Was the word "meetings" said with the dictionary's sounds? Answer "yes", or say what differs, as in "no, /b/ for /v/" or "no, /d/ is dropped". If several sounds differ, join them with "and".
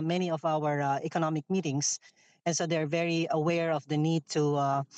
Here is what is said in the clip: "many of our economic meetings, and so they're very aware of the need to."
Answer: no, /s/ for /z/